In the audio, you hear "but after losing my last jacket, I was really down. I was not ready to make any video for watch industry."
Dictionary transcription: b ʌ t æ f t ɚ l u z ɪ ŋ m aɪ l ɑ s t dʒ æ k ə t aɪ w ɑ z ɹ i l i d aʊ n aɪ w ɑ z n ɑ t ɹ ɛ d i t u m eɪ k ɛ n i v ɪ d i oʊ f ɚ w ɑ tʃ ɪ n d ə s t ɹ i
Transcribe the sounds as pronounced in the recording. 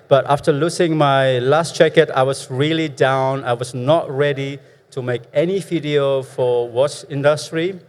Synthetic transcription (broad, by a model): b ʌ t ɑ f t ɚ l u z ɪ ŋ m aɪ l ɑ s t tʃ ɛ k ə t aɪ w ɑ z ɹ i l i d aʊ n aɪ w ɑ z n ɑ t ɹ ɛ d i t u m eɪ k ɛ n i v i d i oʊ f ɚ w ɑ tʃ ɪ n d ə s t ɹ i